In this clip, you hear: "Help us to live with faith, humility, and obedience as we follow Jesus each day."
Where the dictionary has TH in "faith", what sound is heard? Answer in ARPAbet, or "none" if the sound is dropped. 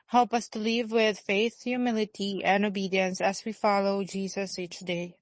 TH